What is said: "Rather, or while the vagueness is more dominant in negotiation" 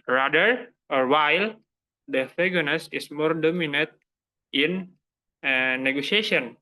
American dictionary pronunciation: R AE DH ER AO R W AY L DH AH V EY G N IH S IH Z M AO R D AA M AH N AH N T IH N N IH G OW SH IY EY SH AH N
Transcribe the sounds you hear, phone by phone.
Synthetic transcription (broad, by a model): R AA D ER AO R W AY L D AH F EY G N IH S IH S M AO R D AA M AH N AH T IH N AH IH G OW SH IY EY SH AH N